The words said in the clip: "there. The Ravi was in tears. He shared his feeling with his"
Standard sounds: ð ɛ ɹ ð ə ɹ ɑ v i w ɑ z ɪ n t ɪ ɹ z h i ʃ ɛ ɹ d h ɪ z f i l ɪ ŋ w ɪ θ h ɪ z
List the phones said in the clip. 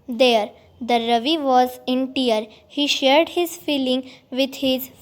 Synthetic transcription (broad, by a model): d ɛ ɹ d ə ɹ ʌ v i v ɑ z ɪ n t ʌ ɹ h i ʃ ɛ ɹ d h ɪ z f i l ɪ ŋ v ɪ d h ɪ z